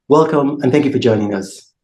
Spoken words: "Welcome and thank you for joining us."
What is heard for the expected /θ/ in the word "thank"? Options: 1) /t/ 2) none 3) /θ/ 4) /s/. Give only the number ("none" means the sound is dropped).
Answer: 3